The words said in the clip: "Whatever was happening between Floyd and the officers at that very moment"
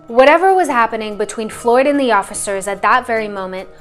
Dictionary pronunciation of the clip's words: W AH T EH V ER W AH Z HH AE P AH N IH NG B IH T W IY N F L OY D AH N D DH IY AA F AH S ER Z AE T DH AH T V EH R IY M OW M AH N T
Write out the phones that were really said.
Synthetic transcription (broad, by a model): W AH T EH V ER W AH Z HH AE P AH N IH NG B IH T W IY N F L OY D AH N DH IY AA F AH S ER Z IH T DH AH T V EH R IY M OW M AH N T